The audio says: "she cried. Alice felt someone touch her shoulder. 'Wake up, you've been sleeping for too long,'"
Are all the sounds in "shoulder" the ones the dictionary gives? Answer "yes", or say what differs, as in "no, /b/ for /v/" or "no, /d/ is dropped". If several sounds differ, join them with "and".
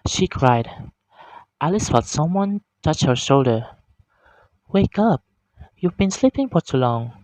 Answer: yes